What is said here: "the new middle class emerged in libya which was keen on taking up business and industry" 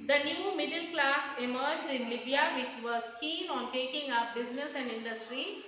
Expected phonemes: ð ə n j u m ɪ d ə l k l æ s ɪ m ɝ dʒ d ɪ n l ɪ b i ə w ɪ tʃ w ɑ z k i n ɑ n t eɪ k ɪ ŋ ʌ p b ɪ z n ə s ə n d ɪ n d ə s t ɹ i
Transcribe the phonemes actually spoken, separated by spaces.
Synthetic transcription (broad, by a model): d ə n j u m ɪ d ə l k l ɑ s ɪ m ɝ dʒ d ɪ n l ɪ b i ə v ɪ tʃ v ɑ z k i n ɑ n t eɪ k ɪ ŋ ʌ p b ɪ z n ə s ə n d ɪ n d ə s t ɹ i